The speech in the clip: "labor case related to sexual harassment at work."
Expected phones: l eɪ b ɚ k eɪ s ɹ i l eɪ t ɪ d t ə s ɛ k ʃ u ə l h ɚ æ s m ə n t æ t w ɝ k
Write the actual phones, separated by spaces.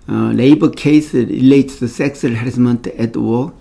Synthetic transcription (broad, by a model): l eɪ b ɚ k eɪ s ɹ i l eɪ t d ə s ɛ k s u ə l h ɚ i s m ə n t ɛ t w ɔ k